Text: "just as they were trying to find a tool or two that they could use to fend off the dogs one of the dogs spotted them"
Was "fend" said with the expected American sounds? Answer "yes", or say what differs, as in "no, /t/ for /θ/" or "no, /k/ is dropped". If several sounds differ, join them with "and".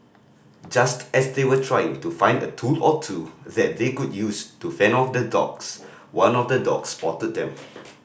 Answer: no, /d/ is dropped